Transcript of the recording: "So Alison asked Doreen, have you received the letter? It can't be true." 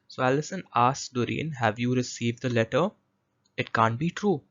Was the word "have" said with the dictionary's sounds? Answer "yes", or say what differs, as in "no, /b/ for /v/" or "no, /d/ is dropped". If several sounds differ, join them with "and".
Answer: yes